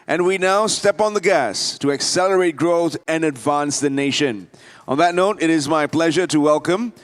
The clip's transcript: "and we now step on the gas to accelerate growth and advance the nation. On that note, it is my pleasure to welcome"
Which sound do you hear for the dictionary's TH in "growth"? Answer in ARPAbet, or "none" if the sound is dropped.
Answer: TH